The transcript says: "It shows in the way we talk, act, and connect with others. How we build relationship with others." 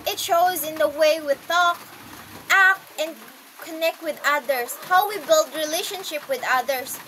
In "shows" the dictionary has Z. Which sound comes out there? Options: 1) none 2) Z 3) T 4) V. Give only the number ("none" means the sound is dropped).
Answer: 2